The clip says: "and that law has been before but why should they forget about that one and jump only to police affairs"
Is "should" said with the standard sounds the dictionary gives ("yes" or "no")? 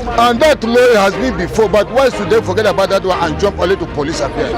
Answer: no